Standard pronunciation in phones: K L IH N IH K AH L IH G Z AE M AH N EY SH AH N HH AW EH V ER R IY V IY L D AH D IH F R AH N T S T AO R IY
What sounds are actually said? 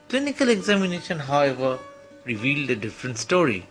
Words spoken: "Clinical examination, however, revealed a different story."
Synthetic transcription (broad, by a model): K L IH N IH K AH L IH G Z AE M AH N EY SH AH N HH AW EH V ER R IY V IY L D AH D IH F R AH N T S T AO R IY